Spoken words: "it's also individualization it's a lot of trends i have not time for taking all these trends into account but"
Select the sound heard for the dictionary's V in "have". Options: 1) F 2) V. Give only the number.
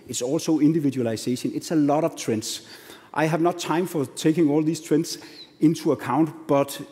2